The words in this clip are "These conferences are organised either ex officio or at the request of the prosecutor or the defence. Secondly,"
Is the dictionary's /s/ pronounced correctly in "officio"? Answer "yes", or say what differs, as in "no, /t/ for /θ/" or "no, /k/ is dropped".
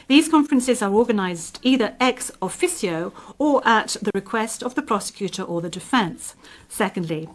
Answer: yes